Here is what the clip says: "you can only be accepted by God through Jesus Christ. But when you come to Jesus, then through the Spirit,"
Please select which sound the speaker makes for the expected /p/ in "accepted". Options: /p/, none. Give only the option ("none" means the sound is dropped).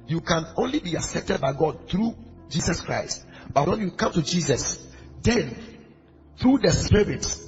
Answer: /p/